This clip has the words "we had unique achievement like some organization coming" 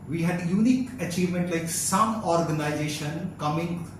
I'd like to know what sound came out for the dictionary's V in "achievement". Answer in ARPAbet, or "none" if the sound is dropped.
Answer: V